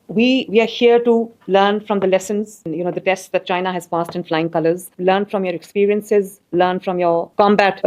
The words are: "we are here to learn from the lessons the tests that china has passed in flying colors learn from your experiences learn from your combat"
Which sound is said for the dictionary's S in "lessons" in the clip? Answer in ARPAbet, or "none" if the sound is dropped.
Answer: S